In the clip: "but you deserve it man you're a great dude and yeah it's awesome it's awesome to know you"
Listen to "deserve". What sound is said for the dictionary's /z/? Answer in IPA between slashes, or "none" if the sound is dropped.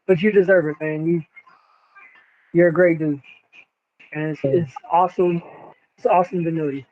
/z/